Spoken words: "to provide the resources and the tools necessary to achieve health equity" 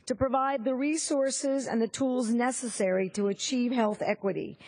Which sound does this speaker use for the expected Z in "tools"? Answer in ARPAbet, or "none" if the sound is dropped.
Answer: Z